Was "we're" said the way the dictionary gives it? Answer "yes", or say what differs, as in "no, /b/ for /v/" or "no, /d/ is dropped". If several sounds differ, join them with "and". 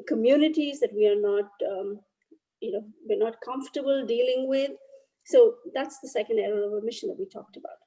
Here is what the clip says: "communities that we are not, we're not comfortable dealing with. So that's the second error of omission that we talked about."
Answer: no, /w/ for /ɹ/